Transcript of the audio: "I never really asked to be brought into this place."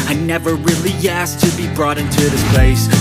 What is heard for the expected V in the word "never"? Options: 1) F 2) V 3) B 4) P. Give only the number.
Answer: 2